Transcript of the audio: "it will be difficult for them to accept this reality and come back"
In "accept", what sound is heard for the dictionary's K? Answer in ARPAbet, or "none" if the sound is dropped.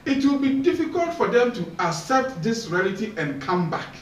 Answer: none